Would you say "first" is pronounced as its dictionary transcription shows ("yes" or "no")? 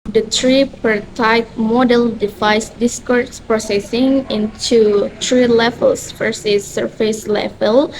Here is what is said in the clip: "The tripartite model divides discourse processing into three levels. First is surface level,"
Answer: no